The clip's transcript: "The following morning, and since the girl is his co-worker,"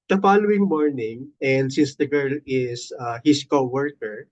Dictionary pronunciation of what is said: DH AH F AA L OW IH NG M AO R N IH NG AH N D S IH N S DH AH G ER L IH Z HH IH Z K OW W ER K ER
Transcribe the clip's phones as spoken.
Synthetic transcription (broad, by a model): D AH F AA L OW IH NG M AO R N IH NG AH N D S IH N S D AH G ER L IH S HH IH S K OW W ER K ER